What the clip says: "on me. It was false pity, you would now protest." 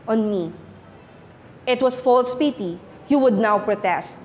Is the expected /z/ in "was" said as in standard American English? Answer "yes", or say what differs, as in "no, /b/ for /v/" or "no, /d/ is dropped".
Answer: no, /s/ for /z/